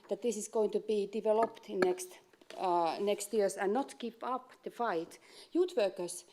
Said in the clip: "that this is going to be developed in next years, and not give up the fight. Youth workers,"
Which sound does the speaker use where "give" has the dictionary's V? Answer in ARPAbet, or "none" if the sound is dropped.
P